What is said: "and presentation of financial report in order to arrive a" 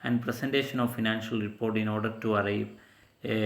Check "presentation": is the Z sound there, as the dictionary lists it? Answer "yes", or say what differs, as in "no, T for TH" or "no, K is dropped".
no, S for Z